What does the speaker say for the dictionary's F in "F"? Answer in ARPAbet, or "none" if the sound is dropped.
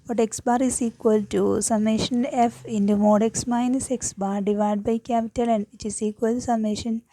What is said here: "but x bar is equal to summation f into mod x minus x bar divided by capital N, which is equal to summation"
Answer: F